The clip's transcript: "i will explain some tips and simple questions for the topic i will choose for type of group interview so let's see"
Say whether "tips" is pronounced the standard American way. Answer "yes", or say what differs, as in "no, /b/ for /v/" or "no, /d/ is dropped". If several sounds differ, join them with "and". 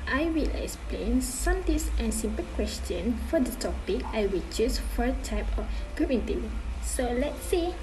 no, /p/ is dropped